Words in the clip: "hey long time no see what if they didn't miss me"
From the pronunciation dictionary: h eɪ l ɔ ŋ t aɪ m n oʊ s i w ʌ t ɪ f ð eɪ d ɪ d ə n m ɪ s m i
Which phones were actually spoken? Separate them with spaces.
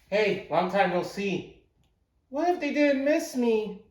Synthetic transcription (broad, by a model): h eɪ w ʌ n t aɪ m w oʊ s i w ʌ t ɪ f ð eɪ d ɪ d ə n m ɪ s m i